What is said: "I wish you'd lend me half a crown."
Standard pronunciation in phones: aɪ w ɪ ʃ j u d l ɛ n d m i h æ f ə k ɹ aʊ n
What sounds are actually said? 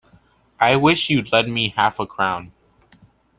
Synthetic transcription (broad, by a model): aɪ w ɪ ʃ j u d l ɛ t m i h æ f ə k ɹ aʊ n